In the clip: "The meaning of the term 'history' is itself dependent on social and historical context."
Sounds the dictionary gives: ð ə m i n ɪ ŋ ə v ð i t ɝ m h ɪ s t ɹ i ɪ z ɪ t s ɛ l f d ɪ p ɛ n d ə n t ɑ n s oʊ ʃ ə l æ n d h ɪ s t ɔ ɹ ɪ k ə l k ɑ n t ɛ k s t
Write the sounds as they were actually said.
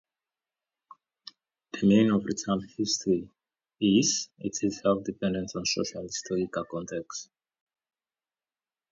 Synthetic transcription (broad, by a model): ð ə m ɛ ɪ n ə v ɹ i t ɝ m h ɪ s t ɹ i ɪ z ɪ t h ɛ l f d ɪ p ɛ n d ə n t ɑ n s oʊ ʃ ə l h ɪ s t ɔ ɹ ɪ k ə l k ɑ n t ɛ k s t